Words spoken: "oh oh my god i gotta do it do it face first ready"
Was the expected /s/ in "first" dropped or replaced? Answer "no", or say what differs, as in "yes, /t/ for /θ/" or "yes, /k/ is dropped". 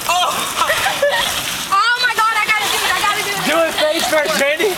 yes, /s/ is dropped